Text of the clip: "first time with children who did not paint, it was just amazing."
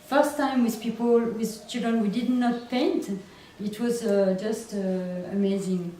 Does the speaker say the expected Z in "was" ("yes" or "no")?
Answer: yes